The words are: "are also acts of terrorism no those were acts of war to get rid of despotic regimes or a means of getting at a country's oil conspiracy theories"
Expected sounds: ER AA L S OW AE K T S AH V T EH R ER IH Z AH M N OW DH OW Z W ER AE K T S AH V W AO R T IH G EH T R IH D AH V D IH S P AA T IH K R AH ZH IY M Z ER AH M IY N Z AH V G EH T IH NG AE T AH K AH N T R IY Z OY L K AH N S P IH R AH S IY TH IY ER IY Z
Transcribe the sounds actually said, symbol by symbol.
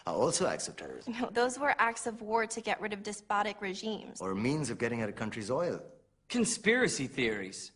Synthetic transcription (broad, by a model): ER AA L S OW AE K T S AH V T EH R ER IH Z N OW DH OW Z W ER AE K T S AH V W AO R T IH G EH T R IH D AH V D IH S P AA T IH K R AH ZH IY M Z ER M IY N Z AH V G EH T IH NG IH T AH K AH N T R IY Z OY L K AH N S P IH R AH S IY TH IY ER IY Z